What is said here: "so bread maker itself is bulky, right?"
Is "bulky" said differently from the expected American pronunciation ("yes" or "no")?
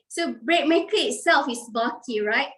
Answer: yes